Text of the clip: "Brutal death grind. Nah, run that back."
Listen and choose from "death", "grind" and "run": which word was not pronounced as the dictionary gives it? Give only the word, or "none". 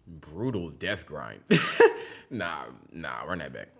run